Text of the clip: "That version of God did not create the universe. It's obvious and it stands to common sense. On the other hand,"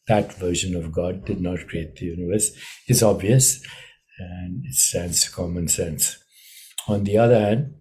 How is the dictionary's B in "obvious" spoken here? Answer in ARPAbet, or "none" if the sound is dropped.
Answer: B